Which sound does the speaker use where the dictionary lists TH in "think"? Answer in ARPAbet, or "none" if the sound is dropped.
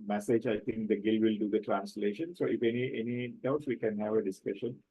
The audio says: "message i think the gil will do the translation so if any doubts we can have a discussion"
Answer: T